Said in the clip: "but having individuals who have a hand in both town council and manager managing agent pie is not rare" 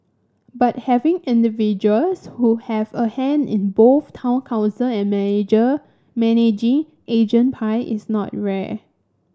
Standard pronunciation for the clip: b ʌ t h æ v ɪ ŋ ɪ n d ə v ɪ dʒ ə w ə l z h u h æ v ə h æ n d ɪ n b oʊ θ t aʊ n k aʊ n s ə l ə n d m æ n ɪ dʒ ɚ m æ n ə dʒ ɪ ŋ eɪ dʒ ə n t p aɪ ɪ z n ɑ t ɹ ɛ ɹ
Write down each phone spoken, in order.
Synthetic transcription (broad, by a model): b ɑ t h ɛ v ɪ ŋ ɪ n d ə v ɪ dʒ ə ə l s h u h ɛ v ə h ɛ n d ɪ n b oʊ θ t aʊ n k aʊ n s ə l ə n m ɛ n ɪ dʒ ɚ m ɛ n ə dʒ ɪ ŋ eɪ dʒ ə n p aɪ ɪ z n ɑ t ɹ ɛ